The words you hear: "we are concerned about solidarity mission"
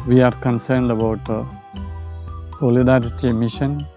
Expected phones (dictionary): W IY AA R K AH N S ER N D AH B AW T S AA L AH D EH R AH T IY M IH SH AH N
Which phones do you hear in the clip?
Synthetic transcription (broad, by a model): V IY AA R K AH N S ER N D AH B AW T S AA L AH D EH R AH T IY M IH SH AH N